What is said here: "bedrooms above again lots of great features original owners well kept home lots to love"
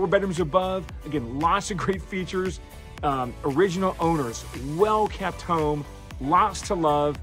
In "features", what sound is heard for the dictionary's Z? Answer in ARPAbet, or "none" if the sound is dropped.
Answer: Z